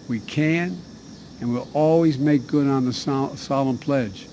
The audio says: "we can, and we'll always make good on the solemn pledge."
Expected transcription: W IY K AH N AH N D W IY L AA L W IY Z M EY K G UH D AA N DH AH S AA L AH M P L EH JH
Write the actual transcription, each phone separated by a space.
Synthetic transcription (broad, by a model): W IY K AH N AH N W IY L AA L W IY Z M EY K G UH D N DH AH S AA L AH M P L EH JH